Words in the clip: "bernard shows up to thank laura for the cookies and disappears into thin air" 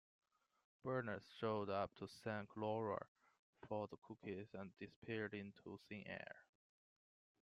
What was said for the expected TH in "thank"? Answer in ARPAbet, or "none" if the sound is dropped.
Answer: S